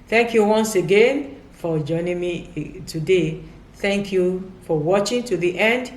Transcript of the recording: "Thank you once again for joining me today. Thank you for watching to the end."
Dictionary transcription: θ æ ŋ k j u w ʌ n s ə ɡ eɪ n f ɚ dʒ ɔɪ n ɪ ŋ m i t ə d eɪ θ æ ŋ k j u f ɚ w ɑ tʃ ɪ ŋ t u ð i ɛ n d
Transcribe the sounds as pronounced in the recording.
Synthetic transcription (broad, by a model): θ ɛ ŋ k j u w ʌ n s ə ɡ eɪ n f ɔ dʒ ɔɪ n ɪ ŋ m i t ə d eɪ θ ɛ ŋ k j u f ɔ w ɑ tʃ ɪ ŋ t u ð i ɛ n d